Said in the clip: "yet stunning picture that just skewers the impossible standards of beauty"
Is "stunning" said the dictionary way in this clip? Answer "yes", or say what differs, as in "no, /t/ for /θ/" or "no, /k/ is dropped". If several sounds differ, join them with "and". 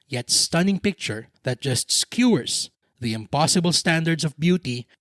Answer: yes